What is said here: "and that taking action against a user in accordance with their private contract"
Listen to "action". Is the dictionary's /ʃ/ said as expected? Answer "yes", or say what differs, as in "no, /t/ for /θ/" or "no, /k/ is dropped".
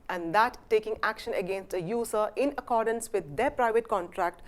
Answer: yes